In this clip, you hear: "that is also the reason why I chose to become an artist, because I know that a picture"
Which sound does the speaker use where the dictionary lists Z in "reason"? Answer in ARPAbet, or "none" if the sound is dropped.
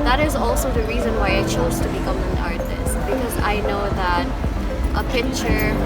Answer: Z